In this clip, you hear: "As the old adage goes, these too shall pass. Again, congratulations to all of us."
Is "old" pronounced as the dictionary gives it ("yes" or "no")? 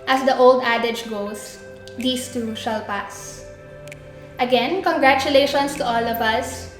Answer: yes